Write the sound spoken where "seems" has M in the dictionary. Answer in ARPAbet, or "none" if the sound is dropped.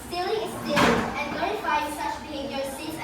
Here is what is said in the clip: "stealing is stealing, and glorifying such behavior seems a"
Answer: none